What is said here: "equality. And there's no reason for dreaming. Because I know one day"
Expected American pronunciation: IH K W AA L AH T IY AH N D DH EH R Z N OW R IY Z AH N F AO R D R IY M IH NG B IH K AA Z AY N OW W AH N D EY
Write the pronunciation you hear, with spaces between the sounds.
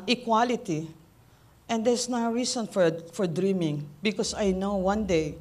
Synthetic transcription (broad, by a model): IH K W AA L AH T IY AH N D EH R S N OW R IY S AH N F AO R D R IY M IH NG B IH K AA S AY N OW W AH N D EY